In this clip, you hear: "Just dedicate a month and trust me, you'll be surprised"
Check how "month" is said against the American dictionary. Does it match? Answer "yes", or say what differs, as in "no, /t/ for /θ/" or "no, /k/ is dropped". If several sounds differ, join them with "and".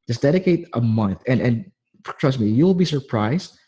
yes